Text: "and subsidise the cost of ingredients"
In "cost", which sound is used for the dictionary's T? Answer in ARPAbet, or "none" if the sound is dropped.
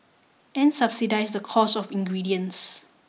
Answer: none